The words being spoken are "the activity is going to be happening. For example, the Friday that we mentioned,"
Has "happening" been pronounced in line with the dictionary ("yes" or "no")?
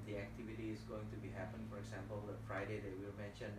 no